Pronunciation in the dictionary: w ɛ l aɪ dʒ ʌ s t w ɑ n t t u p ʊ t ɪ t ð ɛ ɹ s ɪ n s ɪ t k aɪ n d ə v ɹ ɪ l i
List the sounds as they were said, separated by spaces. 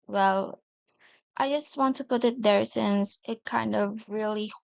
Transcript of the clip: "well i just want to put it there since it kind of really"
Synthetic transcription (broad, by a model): w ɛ l aɪ dʒ ʌ s t w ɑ n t t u p ʊ t ɪ t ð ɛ ɹ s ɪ n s ɪ t k aɪ n d ə v ɹ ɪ l i